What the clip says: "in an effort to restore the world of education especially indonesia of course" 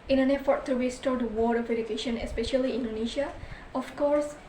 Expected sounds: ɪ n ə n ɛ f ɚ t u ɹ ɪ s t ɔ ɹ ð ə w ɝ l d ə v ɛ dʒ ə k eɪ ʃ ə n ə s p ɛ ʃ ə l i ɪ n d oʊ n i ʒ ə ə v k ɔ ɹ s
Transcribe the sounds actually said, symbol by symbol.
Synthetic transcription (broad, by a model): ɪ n ə n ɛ f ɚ t u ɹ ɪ s t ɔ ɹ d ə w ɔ d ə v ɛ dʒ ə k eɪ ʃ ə n ə s p ɛ ʃ ə l i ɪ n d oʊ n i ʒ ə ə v k ɔ ɹ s